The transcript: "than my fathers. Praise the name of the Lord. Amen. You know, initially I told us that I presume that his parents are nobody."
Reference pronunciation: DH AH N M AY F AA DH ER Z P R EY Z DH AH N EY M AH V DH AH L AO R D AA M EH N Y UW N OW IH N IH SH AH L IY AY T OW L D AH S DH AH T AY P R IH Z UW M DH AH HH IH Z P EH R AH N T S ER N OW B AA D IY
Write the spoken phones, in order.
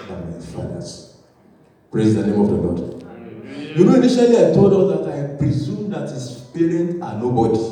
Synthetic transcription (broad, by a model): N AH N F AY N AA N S P R EY Z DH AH N EY M AH V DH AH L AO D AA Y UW N OW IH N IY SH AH L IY AY T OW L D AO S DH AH T AY P R IH Z UW M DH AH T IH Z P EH R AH N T AA N OW B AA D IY